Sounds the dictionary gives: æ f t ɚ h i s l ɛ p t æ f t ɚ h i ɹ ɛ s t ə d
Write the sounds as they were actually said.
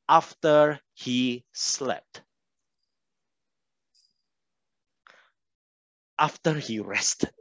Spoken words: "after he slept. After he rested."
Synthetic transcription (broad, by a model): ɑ f t ɚ h i s l ɛ p t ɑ f t ɚ h i ɹ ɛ s t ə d